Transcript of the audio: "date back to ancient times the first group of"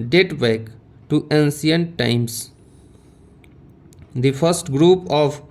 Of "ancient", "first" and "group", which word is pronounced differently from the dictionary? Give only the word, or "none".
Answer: ancient